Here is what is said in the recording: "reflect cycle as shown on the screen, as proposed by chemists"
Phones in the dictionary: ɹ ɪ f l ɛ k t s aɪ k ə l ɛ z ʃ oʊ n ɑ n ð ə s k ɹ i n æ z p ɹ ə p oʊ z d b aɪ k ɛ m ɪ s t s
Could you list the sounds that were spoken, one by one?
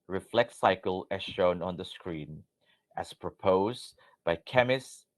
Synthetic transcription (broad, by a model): ɹ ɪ f l ɛ k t s aɪ k ə l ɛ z ʃ oʊ n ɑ n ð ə s k ɹ i n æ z p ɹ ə p oʊ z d b aɪ k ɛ m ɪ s s